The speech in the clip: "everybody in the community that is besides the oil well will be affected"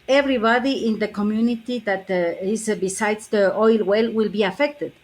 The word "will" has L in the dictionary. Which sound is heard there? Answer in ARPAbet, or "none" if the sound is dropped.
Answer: L